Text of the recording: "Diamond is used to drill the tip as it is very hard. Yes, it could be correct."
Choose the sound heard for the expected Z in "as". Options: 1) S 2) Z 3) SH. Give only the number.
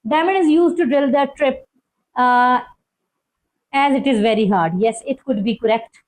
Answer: 2